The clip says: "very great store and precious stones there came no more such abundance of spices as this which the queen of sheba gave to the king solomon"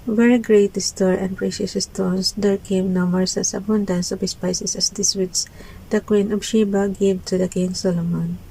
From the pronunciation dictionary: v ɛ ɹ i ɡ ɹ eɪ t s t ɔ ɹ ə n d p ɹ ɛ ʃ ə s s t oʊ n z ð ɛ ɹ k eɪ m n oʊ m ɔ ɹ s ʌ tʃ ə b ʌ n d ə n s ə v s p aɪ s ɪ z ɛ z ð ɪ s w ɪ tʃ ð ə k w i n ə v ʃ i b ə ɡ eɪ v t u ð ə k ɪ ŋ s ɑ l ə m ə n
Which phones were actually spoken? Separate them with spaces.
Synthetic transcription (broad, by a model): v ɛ ɹ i ɡ ɹ eɪ t s t ɔ ɹ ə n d p ɹ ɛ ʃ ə s s t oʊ n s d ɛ ɹ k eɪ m n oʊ m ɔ ɹ s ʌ s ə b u n d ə n s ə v s p aɪ s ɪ s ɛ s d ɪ s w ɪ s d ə k w i n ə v ʃ i b ə ɡ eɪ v t u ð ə k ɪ ŋ s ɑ l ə m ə n